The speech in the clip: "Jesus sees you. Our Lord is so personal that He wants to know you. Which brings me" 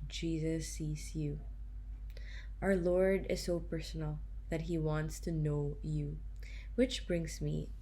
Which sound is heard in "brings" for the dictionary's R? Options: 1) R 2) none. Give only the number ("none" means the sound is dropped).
1